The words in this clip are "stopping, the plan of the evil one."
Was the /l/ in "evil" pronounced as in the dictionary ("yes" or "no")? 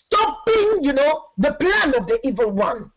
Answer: yes